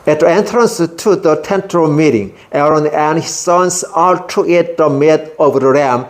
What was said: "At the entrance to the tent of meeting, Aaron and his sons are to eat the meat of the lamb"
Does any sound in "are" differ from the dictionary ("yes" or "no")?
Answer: yes